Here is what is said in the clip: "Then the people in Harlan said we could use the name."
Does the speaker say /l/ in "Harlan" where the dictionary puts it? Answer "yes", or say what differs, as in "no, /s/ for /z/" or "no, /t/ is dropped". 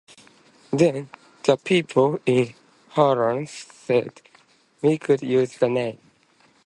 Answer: no, /l/ is dropped